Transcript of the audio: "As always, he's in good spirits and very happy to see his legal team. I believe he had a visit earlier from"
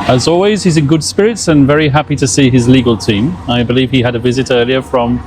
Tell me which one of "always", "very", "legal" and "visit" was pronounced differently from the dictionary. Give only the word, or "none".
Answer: none